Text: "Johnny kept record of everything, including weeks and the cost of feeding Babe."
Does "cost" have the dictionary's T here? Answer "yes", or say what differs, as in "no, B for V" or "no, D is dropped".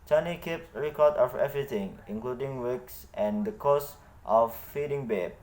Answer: yes